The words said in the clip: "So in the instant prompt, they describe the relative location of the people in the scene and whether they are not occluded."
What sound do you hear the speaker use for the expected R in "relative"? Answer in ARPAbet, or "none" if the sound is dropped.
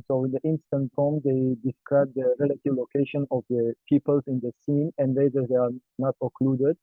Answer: R